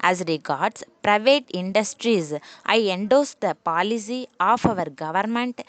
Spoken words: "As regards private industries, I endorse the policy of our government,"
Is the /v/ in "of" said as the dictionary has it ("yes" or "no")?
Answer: yes